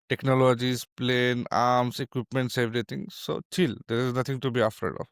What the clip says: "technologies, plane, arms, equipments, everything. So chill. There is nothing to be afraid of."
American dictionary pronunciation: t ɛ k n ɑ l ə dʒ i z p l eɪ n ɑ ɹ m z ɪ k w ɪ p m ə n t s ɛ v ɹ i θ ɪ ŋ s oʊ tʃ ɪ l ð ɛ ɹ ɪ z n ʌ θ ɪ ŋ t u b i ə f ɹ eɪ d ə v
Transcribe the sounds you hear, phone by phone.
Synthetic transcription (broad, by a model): t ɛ k n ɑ l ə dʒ i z p l eɪ n ɑ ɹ m s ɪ k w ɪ p m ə n t s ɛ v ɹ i t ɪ ŋ s oʊ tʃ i l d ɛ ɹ ɪ z n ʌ t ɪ ŋ t u b i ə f eɪ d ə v